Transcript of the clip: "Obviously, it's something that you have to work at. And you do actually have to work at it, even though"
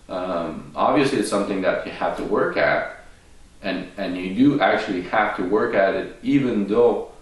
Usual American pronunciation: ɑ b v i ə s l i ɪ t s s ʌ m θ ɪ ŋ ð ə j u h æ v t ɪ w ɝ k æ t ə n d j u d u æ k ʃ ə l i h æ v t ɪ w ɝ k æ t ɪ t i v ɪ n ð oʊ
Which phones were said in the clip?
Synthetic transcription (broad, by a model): ɑ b v i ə s l i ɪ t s s ʌ m θ ɪ ŋ ð ə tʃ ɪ h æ f t ɪ w ɝ k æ t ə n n j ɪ d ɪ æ k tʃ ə l i h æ f t ɪ w ɝ k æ t ɪ t i v ɪ n ð oʊ